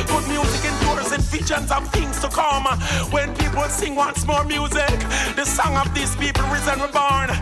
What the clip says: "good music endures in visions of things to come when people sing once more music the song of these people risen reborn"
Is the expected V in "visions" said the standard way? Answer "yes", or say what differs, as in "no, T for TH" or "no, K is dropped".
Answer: no, F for V